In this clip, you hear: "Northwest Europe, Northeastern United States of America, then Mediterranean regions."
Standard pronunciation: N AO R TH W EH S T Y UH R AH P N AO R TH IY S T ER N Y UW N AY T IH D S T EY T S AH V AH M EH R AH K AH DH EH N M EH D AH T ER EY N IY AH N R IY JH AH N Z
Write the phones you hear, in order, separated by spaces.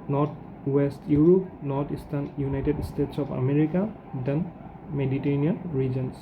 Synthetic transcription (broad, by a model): N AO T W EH S T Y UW R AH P N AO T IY S T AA N Y UW N AY T IH D S T EY T S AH P AH M EH R AH K AH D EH N M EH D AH T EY N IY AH N R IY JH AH N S